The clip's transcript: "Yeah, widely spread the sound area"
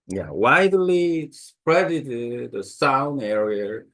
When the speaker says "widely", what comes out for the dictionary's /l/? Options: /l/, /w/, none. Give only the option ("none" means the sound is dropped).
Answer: /l/